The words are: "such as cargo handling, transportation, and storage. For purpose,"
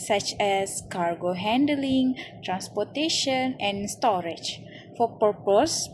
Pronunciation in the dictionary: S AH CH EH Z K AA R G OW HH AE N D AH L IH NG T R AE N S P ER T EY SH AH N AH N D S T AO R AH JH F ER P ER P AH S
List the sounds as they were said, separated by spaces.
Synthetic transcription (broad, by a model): S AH CH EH S K AA R G OW HH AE N D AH L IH NG T R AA N S P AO T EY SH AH N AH N S T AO R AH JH F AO P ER P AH S